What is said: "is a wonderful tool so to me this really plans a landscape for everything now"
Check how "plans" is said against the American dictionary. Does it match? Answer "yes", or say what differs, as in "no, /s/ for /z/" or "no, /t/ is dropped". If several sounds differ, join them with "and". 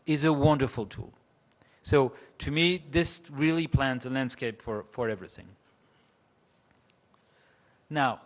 yes